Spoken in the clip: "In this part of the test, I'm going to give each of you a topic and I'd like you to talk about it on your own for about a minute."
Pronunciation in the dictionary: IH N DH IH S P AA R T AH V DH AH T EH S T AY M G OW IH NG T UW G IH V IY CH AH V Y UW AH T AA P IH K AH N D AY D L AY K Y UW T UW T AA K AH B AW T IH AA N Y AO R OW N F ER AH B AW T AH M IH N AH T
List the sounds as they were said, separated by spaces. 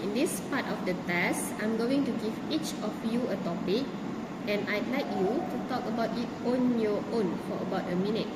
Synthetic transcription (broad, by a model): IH N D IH S P AA T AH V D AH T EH S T AY M G OW IH NG T UW G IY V IY CH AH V Y UW AH T AA P IH K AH N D AY D L AY K Y UW T UW T AA K AH B AW T IH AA N Y AO OW N F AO AH B AW T AH M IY N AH T